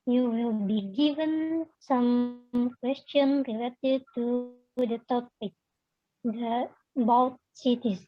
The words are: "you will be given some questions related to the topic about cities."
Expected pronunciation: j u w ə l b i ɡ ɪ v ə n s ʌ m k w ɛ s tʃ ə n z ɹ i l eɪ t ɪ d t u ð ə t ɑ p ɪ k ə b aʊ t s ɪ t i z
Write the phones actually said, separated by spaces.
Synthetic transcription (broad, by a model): j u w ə l b i ɡ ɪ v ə n s ʌ m k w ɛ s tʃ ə n ɹ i l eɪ t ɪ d t u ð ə t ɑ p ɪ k ə b aʊ t s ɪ t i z